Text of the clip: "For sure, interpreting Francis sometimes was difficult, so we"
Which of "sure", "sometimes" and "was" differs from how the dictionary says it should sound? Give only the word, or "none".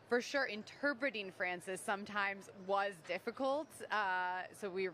none